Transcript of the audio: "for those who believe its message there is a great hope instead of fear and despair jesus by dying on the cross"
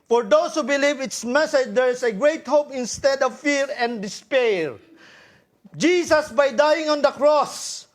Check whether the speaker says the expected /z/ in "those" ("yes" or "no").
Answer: no